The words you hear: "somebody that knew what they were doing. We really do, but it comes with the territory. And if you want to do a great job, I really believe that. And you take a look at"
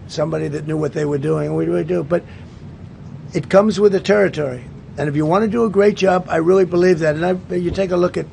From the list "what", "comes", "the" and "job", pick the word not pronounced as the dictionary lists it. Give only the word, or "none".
none